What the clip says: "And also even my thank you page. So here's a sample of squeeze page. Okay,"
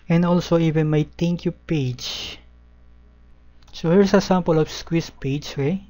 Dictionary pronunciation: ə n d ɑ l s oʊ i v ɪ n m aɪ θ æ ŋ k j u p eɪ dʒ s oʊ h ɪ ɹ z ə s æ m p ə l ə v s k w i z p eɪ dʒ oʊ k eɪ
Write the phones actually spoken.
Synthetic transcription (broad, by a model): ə n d ɑ l s oʊ i v ɪ n m aɪ t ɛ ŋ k j u p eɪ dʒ s oʊ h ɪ ɹ s ə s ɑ m p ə l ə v s k w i s p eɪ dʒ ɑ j